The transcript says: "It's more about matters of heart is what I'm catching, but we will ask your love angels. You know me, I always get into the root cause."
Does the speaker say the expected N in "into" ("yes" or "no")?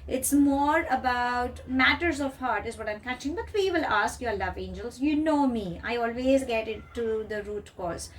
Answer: no